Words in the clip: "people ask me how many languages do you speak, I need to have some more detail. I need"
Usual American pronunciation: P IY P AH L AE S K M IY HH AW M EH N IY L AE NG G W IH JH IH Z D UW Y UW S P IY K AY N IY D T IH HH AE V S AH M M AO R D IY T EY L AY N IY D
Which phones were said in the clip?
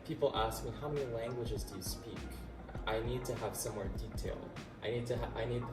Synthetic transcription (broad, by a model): P IY P L AE S K M IY HH AW M EH N IY L AE NG G W IH JH IH Z D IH Y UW S P IY K AY N IY D T IH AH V S AH M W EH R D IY T EY L AY N IY D